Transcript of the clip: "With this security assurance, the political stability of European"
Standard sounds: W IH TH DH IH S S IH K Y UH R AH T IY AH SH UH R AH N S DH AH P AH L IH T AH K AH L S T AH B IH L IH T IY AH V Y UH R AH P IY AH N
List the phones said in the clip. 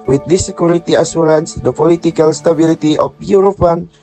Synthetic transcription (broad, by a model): W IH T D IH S S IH K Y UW R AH T IY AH S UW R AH N S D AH P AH L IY T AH K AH L S T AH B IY L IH T IY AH F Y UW R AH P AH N